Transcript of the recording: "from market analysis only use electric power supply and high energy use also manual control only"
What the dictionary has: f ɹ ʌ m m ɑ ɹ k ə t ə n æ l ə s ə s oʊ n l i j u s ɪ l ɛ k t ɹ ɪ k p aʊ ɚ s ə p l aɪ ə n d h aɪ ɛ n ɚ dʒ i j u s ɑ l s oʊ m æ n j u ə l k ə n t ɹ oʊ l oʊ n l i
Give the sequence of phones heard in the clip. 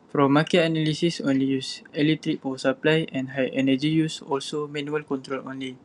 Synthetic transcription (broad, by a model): f ɹ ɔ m m ɑ k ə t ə n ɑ l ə s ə s oʊ n l i j u s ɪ l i t ɹ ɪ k f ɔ s ə p l aɪ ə n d h aɪ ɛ n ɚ dʒ i j u s ɑ l s oʊ m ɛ n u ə l k ə n t ɹ oʊ l oʊ n l i